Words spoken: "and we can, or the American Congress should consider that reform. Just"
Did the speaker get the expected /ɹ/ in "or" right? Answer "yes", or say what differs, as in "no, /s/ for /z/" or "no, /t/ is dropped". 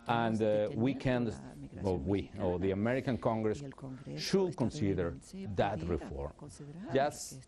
no, /w/ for /ɹ/